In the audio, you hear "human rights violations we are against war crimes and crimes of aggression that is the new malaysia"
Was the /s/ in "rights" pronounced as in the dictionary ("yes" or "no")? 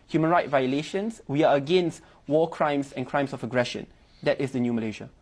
no